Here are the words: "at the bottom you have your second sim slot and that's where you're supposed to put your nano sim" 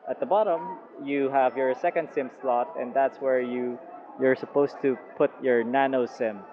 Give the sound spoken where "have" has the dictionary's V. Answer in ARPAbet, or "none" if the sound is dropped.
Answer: V